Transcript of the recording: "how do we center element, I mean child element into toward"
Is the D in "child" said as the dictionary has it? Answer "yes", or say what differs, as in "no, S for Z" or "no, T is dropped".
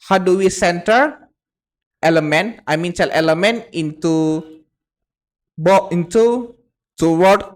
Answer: no, D is dropped